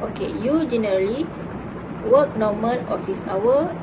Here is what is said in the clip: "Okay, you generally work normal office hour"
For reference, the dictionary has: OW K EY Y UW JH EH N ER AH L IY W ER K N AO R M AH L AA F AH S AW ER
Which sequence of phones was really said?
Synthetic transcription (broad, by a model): OW K EY Y UW JH EH N ER AH L IY W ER K N AO M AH N AA F AH S AW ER